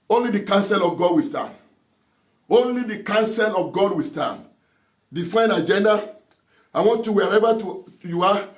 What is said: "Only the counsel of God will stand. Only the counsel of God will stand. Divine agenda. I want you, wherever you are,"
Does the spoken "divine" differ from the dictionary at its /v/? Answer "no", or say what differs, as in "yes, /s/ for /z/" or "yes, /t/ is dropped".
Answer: yes, /f/ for /v/